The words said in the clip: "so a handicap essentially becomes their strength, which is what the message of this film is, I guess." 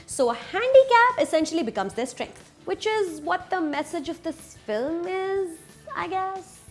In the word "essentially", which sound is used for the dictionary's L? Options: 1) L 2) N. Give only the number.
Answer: 1